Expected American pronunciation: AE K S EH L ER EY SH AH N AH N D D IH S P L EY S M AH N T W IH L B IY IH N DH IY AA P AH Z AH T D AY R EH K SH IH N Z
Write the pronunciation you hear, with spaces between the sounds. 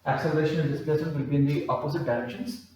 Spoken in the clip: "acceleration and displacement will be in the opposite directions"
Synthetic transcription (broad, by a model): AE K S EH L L EY SH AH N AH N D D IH S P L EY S AH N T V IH L B IY IH N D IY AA P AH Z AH T D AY R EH K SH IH N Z